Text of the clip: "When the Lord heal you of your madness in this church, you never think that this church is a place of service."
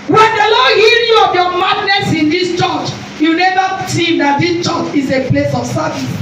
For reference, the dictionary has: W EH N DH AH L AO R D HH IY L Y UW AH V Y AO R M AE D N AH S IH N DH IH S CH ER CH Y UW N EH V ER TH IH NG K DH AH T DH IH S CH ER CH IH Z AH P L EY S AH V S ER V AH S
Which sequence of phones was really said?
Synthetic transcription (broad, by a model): W EH N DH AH L AO D HH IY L Y UW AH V Y AO M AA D N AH S IH N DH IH S CH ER CH Y UW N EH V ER S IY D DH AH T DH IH S CH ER CH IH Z AH P L EY S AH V S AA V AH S